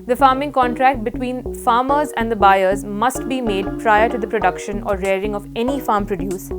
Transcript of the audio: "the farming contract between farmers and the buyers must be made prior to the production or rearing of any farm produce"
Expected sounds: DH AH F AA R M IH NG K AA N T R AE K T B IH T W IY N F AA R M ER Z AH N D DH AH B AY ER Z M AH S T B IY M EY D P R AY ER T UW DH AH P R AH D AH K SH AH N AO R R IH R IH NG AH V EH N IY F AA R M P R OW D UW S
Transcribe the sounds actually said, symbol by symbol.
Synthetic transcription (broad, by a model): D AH F AA R M IH NG K AA N T R AE K T B IH T W IY N F AA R M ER Z AH N D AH B AY ER Z M AH S T B IY M EY D P R AY ER T UW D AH P R AH D AH K SH AH N AO R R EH R IH NG AH V EH N IY F AA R M P R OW D UW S